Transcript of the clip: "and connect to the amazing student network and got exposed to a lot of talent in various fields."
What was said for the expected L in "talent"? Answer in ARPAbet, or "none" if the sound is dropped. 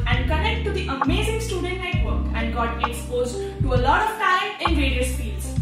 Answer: none